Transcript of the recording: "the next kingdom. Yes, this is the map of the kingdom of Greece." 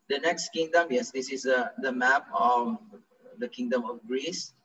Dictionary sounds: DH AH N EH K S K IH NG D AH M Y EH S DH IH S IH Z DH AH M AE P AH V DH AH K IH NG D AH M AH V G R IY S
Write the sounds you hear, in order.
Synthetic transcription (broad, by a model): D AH N EH K S K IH NG D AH M Y EH S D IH S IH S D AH M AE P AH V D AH K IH NG D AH M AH F G R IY S